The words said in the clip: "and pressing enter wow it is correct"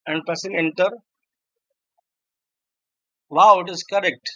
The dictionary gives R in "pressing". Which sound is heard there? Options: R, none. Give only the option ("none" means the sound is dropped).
none